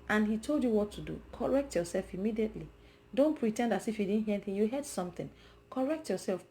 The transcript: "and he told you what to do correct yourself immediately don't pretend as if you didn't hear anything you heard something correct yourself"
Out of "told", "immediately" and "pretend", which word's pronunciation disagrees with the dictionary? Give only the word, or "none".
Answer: none